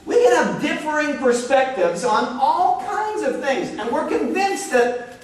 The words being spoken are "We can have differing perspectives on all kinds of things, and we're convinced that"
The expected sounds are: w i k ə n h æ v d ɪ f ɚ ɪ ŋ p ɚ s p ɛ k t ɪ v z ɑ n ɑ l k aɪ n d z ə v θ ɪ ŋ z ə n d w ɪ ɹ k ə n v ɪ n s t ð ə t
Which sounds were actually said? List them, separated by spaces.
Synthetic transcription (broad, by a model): w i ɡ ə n h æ v d ɪ f ɚ ɪ ŋ p ɚ s p ɛ k t ɪ v z n ɑ l k aɪ n d z ə v θ ɪ ŋ z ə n w ɪ ɹ k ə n v ɪ n s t ð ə t